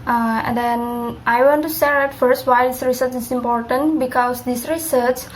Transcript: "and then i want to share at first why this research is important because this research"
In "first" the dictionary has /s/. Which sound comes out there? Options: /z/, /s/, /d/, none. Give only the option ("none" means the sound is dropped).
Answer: /s/